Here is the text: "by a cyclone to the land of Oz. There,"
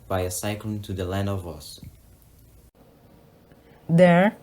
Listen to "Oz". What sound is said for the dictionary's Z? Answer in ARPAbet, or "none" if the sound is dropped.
S